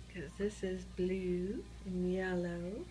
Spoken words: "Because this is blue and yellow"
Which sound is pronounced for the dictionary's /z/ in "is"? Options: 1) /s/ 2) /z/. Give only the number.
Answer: 2